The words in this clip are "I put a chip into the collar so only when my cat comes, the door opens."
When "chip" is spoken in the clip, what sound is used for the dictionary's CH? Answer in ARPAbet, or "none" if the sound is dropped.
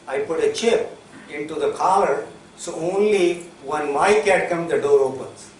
CH